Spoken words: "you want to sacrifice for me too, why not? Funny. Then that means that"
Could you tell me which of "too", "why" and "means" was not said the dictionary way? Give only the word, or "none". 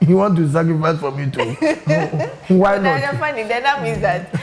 means